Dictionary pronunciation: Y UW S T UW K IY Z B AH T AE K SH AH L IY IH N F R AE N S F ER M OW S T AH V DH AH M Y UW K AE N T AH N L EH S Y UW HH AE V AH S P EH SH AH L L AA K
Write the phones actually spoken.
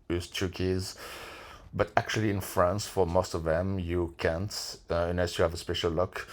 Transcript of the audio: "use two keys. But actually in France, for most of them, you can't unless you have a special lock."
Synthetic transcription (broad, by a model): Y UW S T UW K IY Z B AH T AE K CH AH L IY IH N F R AE N S F ER M OW S T AH V DH AH M Y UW K AE N T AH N EH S Y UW HH AE V AH S P EH SH AH L L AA K